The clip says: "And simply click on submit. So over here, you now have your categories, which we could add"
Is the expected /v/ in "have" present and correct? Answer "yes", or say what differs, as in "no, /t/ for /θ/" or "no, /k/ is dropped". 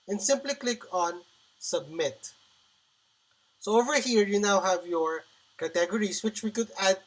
yes